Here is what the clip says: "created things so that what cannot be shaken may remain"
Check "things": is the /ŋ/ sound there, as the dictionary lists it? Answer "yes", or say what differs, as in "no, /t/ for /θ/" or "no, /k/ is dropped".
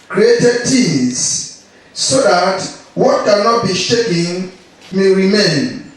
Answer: no, /ŋ/ is dropped